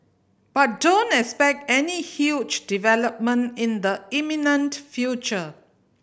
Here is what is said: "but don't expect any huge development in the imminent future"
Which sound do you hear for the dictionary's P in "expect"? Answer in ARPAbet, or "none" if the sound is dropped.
P